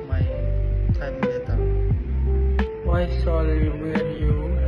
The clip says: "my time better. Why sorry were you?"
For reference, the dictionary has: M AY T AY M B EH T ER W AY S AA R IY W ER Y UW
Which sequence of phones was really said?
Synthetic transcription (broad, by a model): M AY T AY M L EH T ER W AY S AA L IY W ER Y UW